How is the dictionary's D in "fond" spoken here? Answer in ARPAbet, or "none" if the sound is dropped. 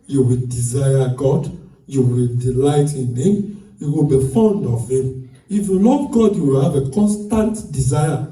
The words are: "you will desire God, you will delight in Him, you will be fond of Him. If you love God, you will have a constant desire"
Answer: D